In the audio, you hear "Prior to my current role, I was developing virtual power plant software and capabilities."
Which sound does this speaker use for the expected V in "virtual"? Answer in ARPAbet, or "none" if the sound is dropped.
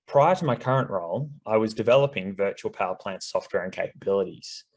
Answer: V